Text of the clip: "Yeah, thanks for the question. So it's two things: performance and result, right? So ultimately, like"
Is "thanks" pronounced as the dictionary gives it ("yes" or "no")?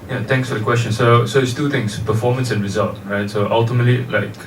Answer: no